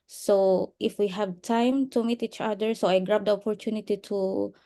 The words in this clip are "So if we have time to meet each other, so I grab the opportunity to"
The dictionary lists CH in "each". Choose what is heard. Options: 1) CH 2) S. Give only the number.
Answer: 1